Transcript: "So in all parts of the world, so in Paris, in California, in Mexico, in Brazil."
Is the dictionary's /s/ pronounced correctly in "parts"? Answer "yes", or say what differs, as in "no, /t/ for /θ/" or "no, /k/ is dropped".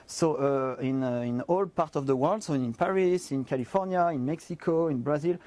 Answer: no, /s/ is dropped